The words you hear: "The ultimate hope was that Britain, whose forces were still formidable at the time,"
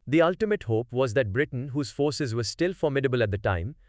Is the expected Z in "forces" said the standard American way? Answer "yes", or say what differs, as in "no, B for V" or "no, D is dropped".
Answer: yes